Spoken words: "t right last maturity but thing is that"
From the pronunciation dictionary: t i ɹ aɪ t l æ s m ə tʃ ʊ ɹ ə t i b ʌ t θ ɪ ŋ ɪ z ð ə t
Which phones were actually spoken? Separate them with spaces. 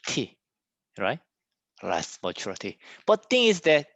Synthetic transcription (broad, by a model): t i ɹ aɪ t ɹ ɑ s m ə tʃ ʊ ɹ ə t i b ʌ t t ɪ ŋ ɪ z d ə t